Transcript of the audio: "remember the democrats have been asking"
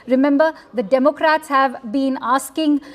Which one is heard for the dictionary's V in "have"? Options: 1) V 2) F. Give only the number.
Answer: 1